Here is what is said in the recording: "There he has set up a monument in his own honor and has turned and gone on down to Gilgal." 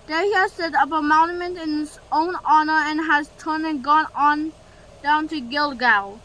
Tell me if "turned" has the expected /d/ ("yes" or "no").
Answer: no